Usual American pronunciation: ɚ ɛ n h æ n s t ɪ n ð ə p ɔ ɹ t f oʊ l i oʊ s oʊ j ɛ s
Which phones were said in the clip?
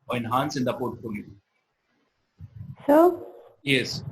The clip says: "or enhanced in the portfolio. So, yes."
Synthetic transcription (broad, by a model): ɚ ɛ n h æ n s ɪ n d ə p ɔ ɹ t f oʊ l i oʊ s oʊ j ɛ s